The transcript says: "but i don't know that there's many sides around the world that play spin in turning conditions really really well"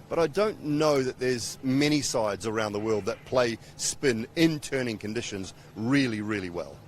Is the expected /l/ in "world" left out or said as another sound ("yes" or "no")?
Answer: no